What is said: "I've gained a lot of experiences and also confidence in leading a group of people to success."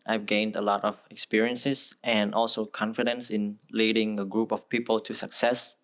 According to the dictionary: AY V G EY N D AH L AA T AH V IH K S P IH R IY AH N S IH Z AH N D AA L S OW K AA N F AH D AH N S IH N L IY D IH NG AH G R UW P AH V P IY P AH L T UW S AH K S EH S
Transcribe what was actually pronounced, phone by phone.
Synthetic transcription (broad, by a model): AY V G EY N D AH L AA T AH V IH K S P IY R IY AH N S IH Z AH N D AA L S OW K AA N F AH D AH N S IH N L IY D IH NG AH G R UW P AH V P IY P AH L T UW S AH K S EH S